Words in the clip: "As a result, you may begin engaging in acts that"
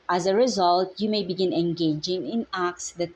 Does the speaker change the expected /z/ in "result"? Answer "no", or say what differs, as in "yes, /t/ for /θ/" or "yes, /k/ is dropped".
no